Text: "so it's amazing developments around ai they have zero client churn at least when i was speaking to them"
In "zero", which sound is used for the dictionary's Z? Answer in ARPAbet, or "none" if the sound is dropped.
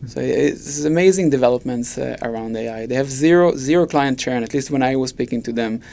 Z